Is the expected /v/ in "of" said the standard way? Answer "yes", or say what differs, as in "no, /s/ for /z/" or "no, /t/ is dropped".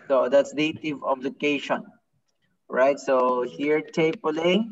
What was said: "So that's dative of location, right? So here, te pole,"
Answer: no, /b/ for /v/